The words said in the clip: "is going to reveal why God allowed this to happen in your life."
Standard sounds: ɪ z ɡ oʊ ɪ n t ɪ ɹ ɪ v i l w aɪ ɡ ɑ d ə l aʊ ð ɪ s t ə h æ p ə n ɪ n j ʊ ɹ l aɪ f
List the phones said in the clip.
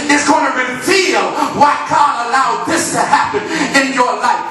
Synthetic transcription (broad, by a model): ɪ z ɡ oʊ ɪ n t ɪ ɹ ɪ f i l w aɪ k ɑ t ə l aʊ ð ɪ s t ə h æ p ə n ɪ n j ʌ ɹ l aɪ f